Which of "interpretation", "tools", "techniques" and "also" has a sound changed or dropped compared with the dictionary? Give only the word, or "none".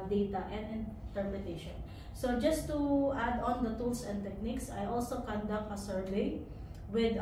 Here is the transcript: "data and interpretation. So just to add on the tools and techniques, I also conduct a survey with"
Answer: tools